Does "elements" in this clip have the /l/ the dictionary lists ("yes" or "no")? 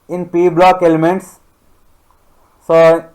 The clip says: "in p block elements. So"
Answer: yes